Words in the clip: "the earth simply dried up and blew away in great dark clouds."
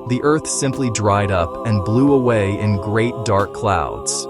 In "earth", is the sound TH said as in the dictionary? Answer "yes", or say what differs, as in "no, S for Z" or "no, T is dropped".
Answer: yes